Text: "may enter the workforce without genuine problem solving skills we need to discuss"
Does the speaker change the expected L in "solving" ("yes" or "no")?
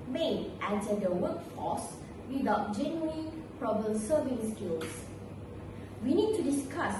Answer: yes